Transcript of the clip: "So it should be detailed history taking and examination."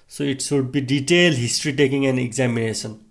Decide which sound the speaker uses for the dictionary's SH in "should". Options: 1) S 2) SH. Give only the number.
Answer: 1